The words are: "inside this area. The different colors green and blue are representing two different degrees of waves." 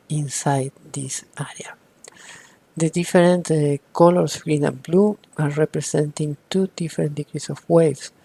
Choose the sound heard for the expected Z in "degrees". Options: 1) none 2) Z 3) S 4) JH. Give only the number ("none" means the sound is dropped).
3